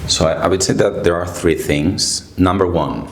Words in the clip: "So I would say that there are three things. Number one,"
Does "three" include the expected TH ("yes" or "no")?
yes